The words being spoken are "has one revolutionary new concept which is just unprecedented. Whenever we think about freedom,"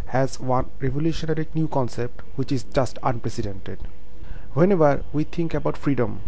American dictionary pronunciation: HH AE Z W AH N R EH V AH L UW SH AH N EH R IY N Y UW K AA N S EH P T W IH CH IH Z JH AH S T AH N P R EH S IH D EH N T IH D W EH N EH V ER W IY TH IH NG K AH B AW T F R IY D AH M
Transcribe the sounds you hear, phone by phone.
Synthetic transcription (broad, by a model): HH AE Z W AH N R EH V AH L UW SH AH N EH R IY N Y UW K AA N S EH P T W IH CH IH Z JH AH S T AH N P R EH S IH D EH N T IH D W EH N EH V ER W IY T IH NG K AH B AW T F R IY D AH M